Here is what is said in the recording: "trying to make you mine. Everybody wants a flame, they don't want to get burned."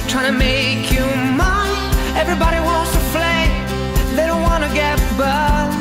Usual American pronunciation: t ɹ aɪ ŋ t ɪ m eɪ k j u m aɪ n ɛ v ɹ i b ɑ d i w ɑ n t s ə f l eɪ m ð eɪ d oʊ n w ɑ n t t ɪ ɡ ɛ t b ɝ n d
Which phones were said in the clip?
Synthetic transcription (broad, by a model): t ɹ aɪ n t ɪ m eɪ k j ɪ m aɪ ɛ v ɹ i b ɑ d i w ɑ n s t ə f l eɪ ð eɪ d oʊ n w ɑ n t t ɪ ɡ ɛ t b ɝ